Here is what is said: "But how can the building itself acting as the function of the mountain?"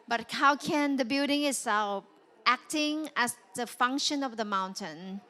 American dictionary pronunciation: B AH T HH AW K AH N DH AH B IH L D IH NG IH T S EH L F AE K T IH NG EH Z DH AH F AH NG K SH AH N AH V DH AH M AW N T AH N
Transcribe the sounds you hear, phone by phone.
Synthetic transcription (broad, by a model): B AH T HH AW K AH N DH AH B IH L D IH NG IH T S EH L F AE K T IH NG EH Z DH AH F AH NG K SH AH N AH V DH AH M AW N T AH N